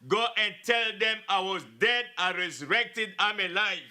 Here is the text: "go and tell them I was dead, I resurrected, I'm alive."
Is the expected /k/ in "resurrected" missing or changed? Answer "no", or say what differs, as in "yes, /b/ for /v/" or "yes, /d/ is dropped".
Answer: no